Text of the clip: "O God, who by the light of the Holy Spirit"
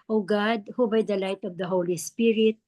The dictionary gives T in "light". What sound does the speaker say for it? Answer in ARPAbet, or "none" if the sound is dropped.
T